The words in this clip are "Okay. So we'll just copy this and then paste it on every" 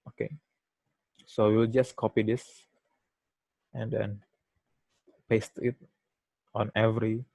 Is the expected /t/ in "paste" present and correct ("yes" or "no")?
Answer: yes